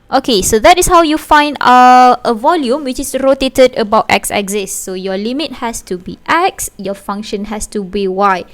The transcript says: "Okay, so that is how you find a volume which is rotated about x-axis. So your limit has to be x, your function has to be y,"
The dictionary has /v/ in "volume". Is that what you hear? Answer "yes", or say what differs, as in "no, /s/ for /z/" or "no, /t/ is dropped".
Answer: yes